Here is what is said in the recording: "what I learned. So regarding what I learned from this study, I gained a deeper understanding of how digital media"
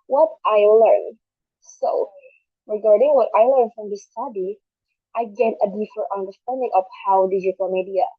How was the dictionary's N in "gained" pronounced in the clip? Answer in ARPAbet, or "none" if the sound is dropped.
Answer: none